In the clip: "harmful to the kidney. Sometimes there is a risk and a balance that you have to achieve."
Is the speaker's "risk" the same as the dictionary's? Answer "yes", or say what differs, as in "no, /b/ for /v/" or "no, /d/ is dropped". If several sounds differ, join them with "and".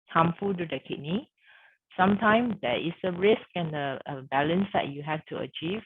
yes